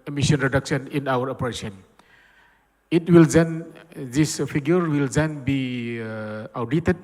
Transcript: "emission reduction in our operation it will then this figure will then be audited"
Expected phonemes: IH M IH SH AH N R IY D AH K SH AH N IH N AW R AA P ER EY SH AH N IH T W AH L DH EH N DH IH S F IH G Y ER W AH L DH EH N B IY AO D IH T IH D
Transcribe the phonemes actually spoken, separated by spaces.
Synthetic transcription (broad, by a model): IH M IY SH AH N R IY D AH K S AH N IH N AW R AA P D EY S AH N IH T W AH L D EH N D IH S P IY G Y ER W AH L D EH N B IY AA D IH T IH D